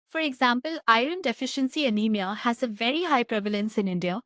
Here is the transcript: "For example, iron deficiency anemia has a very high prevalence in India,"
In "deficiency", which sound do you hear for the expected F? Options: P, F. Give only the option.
F